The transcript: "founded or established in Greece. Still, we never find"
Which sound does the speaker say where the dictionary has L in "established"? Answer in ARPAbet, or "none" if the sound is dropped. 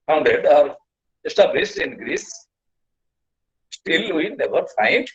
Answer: none